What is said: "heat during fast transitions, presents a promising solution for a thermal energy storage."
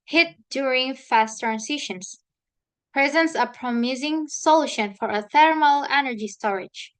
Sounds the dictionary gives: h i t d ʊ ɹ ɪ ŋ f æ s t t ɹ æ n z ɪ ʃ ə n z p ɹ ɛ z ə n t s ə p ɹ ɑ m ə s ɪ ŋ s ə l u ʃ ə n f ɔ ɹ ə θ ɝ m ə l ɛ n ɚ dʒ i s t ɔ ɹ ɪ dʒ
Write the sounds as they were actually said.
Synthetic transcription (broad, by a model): h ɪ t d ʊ ɹ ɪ ŋ f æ s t t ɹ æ n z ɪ ʃ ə n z p ɹ ɛ z ə n t s ə p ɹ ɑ m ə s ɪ ŋ s ə l u ʃ ə n f ɔ ɹ ə θ ɝ m ə l ɛ n ɚ dʒ i s t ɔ ɹ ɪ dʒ